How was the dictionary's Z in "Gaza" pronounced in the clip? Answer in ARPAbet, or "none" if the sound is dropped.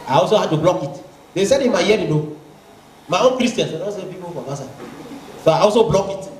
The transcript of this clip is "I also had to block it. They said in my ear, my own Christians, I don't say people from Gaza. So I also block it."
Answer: S